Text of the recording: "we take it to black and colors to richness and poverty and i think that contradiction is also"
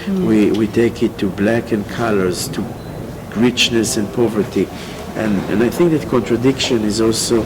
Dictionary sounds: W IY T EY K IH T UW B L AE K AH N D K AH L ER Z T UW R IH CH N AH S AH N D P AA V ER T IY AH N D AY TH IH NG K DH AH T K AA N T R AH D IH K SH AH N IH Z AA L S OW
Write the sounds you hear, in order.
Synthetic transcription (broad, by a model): W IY T EY K IH T UW B L AE K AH N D K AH L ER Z T UW R IH CH N AH S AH N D P AA V ER T IY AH N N AY TH IH NG K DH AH T K AA N T R AH D IH K SH AH N IH Z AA L S OW